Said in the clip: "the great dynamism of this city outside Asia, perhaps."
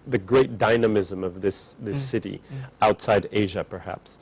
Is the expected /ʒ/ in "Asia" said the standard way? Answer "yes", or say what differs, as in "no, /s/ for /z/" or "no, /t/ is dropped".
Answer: yes